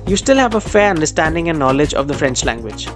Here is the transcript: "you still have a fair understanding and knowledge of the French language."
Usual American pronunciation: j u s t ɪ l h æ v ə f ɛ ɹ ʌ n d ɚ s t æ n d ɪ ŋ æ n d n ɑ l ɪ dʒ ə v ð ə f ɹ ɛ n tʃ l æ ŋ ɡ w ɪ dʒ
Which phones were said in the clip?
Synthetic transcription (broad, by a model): j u s t ɪ l h æ v ə f ɛ ɹ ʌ n d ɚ s t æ n d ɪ ŋ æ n n ɑ l ɪ dʒ ə v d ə f ɹ ɛ n tʃ l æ ŋ ɡ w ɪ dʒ